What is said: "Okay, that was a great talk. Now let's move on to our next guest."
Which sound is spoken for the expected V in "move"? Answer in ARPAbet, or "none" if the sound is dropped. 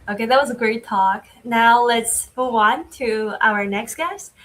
none